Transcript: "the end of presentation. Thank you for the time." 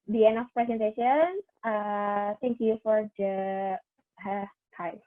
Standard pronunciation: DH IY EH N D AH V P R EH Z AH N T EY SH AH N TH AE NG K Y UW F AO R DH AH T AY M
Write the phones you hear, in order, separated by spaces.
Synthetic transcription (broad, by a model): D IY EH N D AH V P R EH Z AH N T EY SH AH N S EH NG K Y UW F AO R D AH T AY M